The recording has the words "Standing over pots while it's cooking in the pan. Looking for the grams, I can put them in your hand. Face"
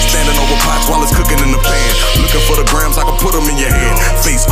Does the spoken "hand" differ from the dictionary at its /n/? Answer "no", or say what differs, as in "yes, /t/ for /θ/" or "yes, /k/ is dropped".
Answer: yes, /n/ is dropped